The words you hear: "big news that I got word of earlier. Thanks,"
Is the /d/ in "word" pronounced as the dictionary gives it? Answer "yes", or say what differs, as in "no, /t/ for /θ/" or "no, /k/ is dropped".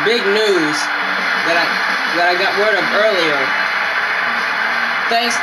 yes